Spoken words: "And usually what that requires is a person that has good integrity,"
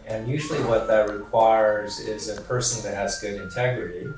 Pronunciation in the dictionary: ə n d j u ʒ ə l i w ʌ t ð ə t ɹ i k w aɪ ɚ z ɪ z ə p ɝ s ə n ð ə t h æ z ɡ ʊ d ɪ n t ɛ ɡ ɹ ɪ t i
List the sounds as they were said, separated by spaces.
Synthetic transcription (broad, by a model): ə n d j u ʒ l i w ʌ t ð ə t ɹ i k w aɪ ɚ z ɪ z ə p ɝ s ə n ð ə t h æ z ɡ ʊ d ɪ n t ɛ ɡ ɹ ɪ t i